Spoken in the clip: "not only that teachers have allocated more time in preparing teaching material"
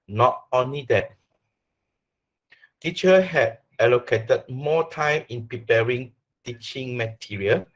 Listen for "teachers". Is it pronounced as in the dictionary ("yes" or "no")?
no